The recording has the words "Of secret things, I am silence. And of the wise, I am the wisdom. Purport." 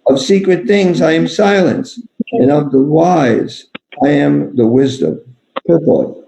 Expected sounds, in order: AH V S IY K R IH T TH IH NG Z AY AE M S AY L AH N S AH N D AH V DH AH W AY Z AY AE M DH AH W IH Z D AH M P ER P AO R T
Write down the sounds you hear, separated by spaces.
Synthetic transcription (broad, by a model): AH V S IY K R IH T TH IH NG Z AY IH M S AY L AH N S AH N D AH V DH AH W AY Z AY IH M DH AH W IH Z D AH M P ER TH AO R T